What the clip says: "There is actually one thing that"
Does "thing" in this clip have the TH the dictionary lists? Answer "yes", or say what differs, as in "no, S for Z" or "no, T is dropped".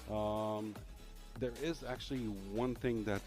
yes